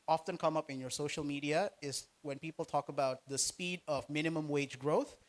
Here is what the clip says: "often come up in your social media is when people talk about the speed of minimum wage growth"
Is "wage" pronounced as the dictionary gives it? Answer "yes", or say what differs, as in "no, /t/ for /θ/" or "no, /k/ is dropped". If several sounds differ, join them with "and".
yes